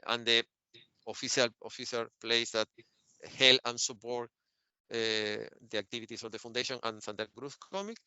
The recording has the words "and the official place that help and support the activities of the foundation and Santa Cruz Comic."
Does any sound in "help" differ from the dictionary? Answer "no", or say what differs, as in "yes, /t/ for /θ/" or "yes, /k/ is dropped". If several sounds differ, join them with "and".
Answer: yes, /p/ is dropped